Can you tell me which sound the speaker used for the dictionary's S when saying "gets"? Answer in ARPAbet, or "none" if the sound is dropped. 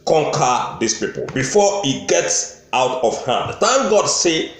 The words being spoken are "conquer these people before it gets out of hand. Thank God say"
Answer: S